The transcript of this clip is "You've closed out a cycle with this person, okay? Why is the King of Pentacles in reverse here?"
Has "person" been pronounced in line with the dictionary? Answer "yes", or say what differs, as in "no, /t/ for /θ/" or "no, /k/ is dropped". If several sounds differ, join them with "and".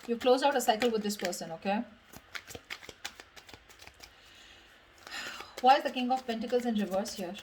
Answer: yes